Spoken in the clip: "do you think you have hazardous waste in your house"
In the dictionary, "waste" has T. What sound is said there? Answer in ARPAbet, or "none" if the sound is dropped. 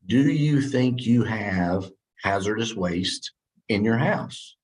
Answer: T